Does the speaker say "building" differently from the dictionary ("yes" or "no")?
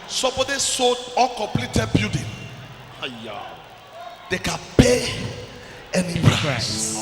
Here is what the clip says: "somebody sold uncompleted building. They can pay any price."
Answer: yes